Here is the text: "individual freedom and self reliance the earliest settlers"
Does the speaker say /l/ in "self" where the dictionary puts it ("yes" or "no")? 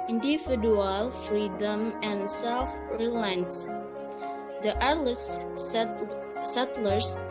yes